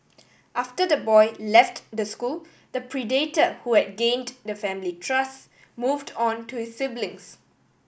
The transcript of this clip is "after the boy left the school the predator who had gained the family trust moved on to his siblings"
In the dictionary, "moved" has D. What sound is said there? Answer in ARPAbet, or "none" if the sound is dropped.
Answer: D